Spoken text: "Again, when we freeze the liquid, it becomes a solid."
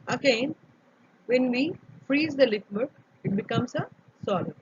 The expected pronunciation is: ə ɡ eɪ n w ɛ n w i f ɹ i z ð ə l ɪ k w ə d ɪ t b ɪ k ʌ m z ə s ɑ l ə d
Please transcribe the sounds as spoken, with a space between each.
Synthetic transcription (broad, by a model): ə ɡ eɪ n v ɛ n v i f ɹ i z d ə l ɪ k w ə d ɪ t b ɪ k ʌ m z ə s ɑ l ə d